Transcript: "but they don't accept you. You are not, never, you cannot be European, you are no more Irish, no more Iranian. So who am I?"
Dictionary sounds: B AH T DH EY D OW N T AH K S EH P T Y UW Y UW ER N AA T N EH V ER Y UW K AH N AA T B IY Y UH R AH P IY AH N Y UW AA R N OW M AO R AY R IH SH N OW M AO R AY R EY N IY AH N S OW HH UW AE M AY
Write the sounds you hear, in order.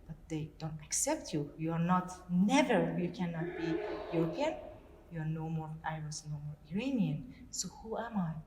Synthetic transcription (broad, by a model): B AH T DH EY D OW N T AH K S EH P T Y UW Y UW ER N AA T N EH V ER Y UW K AH N AA T B IY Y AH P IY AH N Y UW AA R N OW M AO R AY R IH S N OW M AO R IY R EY N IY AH N S OW HH UW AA M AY